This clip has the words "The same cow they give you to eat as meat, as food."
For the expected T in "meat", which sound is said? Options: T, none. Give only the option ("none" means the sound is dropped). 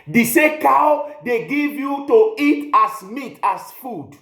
T